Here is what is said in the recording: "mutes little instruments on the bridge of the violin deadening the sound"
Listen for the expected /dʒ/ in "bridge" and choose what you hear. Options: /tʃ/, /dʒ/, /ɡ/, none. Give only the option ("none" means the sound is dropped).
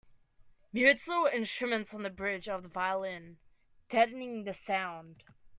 /dʒ/